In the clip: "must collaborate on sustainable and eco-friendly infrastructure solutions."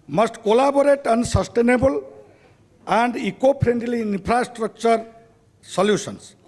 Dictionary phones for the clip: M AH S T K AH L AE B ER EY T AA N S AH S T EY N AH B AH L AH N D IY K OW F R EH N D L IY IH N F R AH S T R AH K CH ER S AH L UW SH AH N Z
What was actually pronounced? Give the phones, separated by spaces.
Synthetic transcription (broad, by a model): M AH S T K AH L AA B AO EY T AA N S AH S T EY N AH B AH L AH N D IY K OW P R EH N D L IY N P R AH S T R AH K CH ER S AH L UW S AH N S